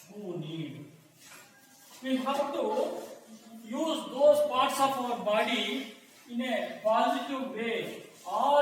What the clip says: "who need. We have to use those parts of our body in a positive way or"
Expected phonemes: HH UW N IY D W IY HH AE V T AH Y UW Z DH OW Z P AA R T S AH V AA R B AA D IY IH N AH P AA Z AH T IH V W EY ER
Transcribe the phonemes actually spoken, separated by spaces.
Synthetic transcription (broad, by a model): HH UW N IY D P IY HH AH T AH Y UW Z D OW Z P AA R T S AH P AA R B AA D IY IH N AH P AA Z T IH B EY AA